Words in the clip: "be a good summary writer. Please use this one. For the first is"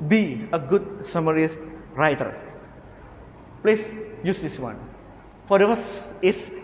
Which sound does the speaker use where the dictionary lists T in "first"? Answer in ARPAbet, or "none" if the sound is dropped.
none